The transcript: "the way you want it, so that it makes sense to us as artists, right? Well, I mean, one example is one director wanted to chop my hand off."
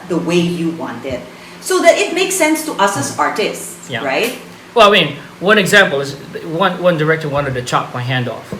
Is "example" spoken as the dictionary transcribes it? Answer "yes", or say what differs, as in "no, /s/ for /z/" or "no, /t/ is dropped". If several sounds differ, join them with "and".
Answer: yes